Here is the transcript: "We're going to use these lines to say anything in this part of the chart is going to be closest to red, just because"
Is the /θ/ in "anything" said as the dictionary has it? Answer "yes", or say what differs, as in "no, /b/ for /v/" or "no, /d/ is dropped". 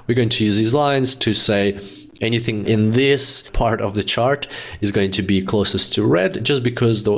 yes